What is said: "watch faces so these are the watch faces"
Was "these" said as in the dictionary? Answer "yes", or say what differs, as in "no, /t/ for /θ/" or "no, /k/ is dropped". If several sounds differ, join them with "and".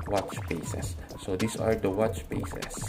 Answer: no, /s/ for /z/